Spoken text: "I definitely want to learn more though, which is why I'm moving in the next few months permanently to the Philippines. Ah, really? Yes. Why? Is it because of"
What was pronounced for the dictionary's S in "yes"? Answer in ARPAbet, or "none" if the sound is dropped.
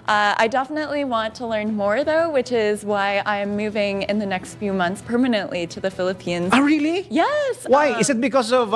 S